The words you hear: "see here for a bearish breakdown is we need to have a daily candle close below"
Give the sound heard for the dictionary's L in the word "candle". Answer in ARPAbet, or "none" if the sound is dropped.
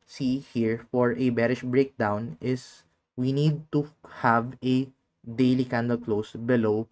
L